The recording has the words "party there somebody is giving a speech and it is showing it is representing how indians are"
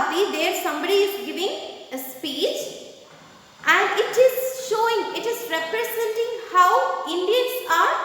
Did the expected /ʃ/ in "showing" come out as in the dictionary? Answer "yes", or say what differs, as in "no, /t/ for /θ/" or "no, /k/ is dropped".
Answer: yes